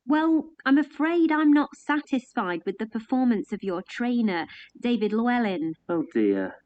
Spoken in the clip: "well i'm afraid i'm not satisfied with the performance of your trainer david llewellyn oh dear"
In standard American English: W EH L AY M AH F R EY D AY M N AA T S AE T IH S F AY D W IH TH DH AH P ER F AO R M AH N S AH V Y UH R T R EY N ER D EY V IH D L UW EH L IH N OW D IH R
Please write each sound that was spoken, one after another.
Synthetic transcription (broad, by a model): W EH L AY M AH F R EY D AY M N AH T S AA T IH S F AY D W IH DH AH P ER F AO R M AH N S AH V Y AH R T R EY N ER D EY V IH D L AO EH L IH N OW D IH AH